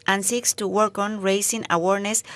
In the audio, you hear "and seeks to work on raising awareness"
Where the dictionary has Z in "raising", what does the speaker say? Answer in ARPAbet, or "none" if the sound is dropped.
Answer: S